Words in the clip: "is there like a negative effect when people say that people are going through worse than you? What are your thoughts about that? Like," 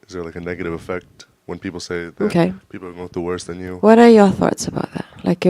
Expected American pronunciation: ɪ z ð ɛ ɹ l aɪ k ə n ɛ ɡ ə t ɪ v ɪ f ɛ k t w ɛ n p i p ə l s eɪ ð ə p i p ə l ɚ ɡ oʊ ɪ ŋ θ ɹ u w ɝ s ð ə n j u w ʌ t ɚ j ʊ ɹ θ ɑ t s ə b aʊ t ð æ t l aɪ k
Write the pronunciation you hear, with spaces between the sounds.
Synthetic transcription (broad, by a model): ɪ z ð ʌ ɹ l aɪ k ə n ɛ ɡ ə t ɪ v ɪ f ɛ k t w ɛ n p i p l s eɪ ð ə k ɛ p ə l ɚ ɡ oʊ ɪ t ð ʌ w ɝ s ð ə n j u w ʌ t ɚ j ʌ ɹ θ ɑ t s ə b aʊ t ð æ t l aɪ k